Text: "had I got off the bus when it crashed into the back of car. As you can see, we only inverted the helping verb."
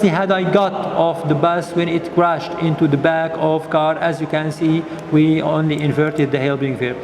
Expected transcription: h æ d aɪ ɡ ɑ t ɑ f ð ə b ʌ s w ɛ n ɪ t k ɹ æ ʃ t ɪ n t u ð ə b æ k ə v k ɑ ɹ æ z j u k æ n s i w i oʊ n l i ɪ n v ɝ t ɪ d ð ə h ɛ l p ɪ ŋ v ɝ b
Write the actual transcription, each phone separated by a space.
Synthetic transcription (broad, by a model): h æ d aɪ ɡ ɑ t ɑ f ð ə b ʌ s w ɛ n ɪ t k ɹ æ ʃ t ɪ n t u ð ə b æ k ə v k ɑ ɹ æ z j u k æ n s i w i oʊ n l i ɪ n v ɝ t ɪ d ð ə h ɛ l b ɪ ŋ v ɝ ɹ